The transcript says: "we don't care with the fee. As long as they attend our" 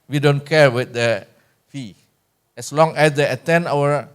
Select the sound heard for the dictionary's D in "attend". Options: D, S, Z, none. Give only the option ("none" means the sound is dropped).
none